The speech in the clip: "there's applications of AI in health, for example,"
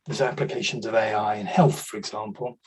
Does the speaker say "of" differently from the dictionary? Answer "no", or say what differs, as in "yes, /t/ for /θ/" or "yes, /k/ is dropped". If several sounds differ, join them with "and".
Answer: no